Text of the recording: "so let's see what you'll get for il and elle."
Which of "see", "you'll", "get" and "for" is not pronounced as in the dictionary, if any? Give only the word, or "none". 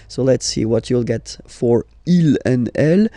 none